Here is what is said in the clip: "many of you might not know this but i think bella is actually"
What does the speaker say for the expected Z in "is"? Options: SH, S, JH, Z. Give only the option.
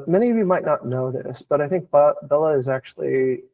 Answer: Z